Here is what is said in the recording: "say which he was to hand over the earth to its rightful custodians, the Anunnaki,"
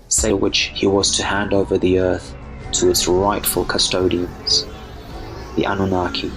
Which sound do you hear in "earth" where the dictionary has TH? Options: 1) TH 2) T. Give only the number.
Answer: 1